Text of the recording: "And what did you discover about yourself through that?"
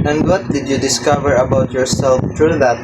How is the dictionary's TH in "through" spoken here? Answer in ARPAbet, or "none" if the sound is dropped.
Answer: T